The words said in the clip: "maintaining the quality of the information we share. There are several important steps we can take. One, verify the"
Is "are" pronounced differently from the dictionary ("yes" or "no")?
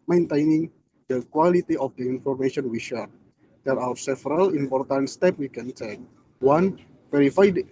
yes